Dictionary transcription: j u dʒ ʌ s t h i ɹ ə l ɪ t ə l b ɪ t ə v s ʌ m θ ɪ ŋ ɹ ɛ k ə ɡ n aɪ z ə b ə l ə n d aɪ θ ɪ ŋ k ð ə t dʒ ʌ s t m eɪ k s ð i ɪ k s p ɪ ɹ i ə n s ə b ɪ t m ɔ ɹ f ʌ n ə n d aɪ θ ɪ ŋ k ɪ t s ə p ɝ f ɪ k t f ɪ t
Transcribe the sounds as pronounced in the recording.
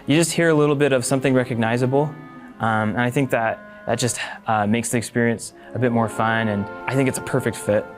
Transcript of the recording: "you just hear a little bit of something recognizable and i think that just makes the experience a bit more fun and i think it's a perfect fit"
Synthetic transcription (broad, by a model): j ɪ dʒ ʌ s t h i ɹ ə l ɪ t l b ɪ t ə v s ʌ m θ ɪ ŋ ɹ ɛ k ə ɡ n aɪ z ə b ə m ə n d aɪ θ ɪ ŋ k ð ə t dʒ ʌ s t m eɪ k s ð i ɪ k s p ɪ ɹ i ə n s ə b ɪ t m ɔ ɹ f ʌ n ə n aɪ θ ɪ ŋ k ɪ t s ə p ɝ f ɪ k t f ɪ t